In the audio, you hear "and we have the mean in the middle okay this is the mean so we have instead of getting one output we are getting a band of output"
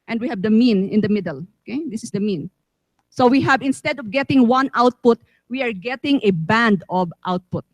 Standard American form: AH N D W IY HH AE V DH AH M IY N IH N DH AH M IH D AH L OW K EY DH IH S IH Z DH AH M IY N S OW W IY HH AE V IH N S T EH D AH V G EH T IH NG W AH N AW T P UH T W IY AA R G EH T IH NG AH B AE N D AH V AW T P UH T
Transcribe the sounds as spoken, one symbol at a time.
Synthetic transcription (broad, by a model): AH N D W IY HH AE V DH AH M IY N IH N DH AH M IH D AH L OW K EY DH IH S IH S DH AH M IY N S OW W IY HH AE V IH N S T EH D AH V G EH T IH NG W AH N AW T P UH T W IY AA R G EH T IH NG AH B AE N D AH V AW T P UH T